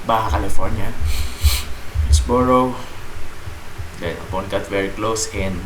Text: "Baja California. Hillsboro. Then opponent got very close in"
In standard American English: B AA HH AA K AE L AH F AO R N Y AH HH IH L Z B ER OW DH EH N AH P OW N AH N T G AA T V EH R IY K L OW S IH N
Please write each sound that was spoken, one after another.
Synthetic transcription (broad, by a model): B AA HH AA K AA L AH F AO R N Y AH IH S B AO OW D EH AH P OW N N G AA T V EH R IY K L OW S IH N